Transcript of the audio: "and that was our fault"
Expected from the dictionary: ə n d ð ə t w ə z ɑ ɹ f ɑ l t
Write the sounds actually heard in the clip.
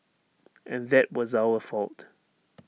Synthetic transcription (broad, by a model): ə n ð ə t w ə z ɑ l f ɑ l t